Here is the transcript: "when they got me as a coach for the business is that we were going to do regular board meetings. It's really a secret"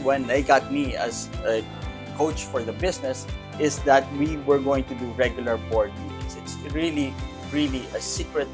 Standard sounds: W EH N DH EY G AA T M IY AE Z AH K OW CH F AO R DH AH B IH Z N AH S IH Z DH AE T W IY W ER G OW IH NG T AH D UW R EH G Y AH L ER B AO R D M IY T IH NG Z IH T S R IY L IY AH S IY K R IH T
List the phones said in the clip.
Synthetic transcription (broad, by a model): W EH N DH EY G AA T M IY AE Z AH K OW CH F AO R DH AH B IH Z N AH S IH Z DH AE T W IY W ER G OW IH NG T AH D UW R EH G Y AH L ER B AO R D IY S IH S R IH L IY R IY L IY AH S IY K R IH T